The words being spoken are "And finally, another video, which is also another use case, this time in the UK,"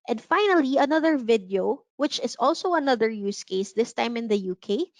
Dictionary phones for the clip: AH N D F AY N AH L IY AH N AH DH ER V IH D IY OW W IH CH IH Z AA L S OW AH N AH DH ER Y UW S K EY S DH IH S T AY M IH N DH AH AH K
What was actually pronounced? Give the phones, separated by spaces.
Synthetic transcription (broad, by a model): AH N D F AY N AH L IY AH N AH DH ER V IH D IY OW W IH CH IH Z AA L S OW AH N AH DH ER Y UW S K EY S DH IH S T AY M IH N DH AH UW K